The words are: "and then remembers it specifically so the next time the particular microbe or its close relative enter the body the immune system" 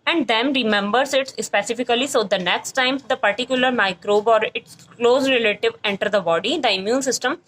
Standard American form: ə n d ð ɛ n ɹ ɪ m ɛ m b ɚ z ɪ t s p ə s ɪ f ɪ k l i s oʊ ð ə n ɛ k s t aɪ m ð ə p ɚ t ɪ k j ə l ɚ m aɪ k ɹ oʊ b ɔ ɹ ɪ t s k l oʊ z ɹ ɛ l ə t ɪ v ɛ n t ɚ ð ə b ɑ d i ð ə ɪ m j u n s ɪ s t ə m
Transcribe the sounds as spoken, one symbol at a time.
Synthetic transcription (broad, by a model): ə n d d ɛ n ɹ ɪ m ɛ m b ɚ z ɪ t s p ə s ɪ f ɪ k l i s oʊ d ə n ɛ k s t aɪ m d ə p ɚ t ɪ k j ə l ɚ m aɪ k ɹ oʊ b ɔ ɹ ɪ t s k l oʊ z ɹ ɛ l ə t ɪ v ɛ n t ɚ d ə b ɑ d i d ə ɪ m j u n s ɪ s t ə m